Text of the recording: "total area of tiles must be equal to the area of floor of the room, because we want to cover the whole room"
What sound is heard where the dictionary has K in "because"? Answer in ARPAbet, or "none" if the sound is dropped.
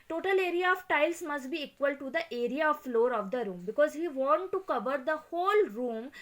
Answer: K